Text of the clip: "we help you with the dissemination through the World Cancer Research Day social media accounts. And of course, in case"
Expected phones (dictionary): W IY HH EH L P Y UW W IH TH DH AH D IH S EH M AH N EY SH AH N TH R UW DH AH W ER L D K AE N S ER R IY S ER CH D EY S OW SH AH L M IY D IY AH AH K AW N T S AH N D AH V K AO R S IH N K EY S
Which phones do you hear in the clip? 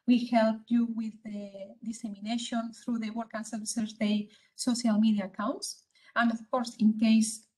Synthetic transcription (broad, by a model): W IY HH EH L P Y UW W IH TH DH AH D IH S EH M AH N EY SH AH N TH R UW DH AH W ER D K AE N S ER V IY S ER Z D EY S OW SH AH L M IY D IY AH K AW N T S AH N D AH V K AO R S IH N K EY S